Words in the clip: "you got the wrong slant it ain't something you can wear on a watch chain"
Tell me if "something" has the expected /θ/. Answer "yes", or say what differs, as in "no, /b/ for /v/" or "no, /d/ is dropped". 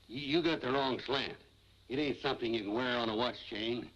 yes